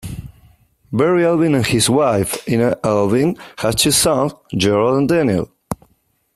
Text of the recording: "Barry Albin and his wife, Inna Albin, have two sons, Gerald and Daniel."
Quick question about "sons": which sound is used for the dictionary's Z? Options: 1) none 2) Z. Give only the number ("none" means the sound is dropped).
1